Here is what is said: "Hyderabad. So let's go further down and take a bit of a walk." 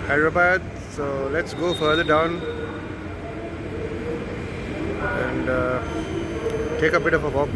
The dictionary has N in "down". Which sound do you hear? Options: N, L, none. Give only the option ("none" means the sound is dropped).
N